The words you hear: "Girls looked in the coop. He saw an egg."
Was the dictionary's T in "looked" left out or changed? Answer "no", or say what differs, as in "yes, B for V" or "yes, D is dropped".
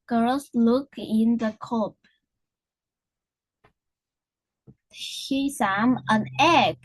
yes, T is dropped